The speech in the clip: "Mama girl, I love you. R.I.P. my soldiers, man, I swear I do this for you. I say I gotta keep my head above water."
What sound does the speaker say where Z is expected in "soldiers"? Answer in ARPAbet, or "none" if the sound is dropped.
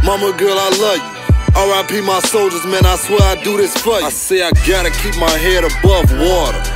Z